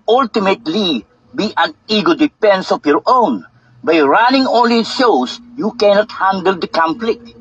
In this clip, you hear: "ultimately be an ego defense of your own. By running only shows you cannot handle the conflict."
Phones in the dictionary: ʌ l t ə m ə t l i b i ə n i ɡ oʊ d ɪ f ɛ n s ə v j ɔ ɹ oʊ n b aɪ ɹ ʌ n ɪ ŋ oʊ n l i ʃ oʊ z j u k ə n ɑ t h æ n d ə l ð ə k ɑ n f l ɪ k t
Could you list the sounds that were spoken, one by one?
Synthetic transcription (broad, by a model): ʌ l t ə m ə t l i b i ə n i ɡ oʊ d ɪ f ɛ n s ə f j ɔ ɹ oʊ n b aɪ ɹ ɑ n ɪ ŋ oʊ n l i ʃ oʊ s j u k ə n ɑ t h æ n d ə l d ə k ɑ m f l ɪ k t